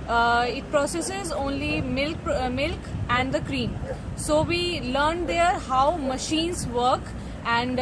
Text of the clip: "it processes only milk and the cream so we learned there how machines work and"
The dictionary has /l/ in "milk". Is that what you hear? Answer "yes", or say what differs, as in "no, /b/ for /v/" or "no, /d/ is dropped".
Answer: yes